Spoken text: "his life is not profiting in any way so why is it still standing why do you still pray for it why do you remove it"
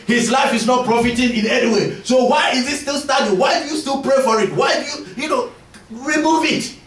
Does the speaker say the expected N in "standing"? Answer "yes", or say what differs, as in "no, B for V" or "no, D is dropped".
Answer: no, N is dropped